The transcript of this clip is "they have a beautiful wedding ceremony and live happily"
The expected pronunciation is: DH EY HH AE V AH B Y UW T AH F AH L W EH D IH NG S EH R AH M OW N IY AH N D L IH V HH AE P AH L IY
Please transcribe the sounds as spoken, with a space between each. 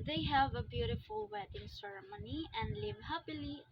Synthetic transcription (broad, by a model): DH EY HH AE V AH B Y UW T AH F AH L W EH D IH NG S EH R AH M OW N IY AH N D L IH V HH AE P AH L IY